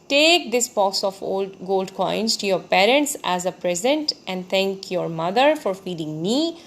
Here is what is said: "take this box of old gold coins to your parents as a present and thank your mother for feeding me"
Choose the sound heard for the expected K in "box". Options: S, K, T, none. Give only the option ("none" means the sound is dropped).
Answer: none